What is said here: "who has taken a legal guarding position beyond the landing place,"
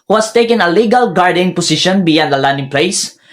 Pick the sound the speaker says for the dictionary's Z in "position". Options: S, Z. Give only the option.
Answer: S